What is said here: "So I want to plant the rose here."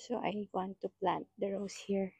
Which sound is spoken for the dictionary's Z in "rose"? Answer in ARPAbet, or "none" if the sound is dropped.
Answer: S